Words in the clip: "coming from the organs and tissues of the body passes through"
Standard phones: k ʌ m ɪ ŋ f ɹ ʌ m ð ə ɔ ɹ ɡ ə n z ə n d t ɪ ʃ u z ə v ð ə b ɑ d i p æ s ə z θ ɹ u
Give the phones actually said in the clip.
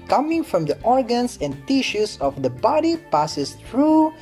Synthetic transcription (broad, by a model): k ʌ m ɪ ŋ f ɹ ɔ m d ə ɔ ɹ ɡ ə n s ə n t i ʃ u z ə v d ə b ɑ d i p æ s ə s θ ɹ u